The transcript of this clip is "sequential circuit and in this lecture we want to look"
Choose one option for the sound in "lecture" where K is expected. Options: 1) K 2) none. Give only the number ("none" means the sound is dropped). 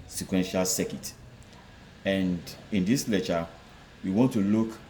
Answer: 2